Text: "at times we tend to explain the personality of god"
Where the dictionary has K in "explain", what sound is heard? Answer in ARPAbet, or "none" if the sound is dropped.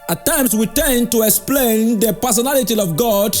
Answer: K